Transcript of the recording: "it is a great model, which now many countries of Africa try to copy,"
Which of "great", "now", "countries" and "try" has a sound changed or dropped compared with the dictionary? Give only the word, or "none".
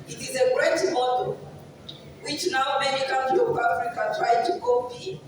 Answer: countries